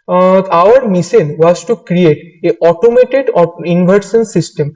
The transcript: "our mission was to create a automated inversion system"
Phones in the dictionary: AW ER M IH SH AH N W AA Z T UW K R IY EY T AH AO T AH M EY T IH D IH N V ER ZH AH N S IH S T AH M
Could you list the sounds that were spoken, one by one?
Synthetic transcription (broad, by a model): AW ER M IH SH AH N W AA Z T UW K R IY EY T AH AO T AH M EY T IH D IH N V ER S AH N S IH S T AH M